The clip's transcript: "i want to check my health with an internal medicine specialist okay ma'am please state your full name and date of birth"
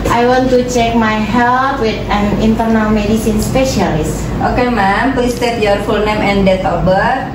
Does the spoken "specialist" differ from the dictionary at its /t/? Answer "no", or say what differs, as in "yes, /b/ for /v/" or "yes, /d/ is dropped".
no